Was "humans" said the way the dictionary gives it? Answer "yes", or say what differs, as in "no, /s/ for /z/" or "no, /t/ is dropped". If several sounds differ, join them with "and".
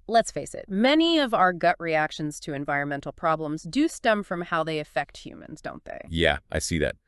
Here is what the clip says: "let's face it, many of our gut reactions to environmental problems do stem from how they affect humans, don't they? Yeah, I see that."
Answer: yes